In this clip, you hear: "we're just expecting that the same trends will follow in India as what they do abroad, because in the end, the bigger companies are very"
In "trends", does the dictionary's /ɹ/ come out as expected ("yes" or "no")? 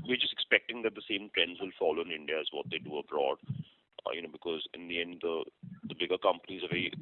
yes